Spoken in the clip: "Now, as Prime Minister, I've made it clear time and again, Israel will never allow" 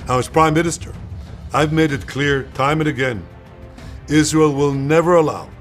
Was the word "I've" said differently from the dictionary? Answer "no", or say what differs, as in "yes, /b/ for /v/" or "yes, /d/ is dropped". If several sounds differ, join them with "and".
no